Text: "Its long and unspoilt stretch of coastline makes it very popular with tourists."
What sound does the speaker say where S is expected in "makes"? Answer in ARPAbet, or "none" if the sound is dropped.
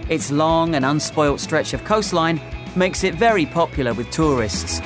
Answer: S